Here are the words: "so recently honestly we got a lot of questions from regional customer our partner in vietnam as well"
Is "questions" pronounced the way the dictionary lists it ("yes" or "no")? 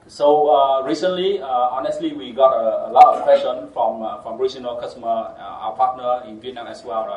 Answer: no